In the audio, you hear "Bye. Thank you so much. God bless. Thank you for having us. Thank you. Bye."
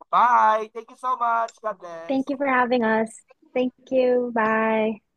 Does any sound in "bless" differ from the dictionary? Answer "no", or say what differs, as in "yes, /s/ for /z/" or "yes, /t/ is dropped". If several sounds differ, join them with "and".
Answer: yes, /s/ is dropped